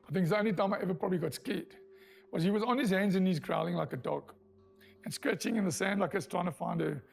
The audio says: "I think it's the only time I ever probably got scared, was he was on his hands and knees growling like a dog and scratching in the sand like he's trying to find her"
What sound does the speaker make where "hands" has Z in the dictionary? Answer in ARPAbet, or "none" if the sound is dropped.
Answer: Z